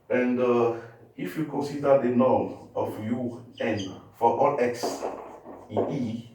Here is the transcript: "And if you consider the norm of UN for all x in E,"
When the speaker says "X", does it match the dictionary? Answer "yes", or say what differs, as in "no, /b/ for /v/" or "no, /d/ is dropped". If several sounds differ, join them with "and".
yes